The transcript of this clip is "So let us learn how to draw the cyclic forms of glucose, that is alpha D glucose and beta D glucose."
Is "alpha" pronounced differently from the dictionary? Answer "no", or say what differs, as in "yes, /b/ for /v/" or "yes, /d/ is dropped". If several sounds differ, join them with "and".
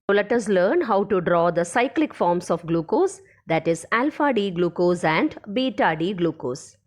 no